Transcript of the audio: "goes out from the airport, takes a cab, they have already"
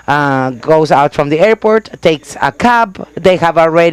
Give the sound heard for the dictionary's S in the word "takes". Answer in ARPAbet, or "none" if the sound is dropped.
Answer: S